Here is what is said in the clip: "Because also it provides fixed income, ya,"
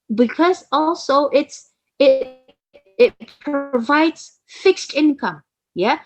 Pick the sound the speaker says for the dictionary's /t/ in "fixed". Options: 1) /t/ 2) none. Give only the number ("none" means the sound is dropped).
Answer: 1